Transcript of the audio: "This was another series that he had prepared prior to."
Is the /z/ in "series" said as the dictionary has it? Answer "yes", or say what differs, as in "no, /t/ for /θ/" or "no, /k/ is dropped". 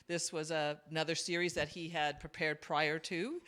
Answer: yes